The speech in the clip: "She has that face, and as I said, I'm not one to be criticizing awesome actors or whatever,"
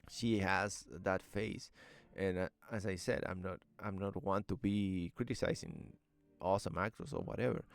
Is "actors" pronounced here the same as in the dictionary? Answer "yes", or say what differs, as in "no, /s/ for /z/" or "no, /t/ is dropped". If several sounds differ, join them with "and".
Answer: no, /s/ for /z/